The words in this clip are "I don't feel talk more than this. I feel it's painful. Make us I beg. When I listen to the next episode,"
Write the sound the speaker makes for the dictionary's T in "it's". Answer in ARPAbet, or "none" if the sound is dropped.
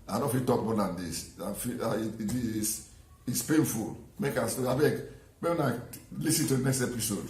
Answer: S